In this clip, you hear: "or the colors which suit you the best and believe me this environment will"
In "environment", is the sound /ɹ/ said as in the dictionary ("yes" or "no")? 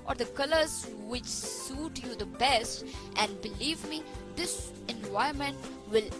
no